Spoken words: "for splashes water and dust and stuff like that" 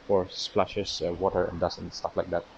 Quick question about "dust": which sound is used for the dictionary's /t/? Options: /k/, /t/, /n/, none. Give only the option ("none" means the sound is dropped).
none